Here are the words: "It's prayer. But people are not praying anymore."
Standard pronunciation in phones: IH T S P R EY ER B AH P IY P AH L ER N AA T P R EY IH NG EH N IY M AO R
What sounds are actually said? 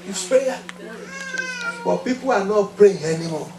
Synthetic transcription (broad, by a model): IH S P EY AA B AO P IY P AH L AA N AA T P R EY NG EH N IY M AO